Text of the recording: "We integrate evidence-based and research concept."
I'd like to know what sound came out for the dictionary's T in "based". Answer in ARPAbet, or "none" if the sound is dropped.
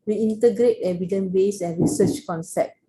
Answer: none